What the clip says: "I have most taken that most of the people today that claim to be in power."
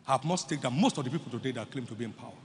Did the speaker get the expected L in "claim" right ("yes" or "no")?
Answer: yes